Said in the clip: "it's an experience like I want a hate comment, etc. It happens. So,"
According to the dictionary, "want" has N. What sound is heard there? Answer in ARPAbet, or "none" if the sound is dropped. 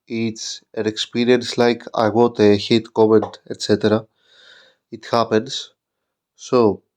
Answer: none